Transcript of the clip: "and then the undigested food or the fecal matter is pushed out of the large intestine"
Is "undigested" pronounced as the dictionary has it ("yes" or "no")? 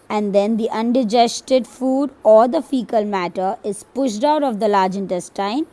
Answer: yes